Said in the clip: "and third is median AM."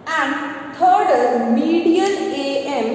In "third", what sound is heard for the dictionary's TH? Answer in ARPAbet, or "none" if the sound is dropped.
T